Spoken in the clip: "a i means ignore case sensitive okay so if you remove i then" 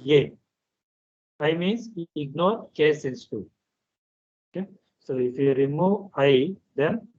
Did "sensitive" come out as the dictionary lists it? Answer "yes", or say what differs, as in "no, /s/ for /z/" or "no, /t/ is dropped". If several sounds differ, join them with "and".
no, /v/ is dropped